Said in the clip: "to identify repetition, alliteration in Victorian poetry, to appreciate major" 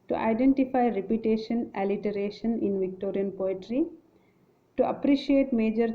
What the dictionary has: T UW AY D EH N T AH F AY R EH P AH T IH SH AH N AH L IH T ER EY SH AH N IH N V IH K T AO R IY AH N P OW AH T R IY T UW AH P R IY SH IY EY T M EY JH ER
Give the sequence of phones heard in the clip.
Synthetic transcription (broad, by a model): T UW AY D EH N T AH F AY R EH P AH T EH SH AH N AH L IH T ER EY SH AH N IH N V IH K T AO R IY AH N P OW AH T R IY T UW AH P R IY SH IY EY T M EY JH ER